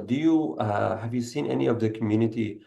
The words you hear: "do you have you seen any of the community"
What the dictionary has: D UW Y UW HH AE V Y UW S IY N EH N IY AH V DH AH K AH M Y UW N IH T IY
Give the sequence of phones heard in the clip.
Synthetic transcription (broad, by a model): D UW Y UW HH AE V Y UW S IY N EH N IY AH V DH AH K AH M Y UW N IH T IY